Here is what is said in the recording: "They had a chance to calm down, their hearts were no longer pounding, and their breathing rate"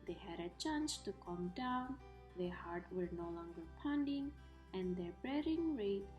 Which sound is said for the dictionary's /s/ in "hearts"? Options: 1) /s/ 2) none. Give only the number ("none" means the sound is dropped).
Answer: 2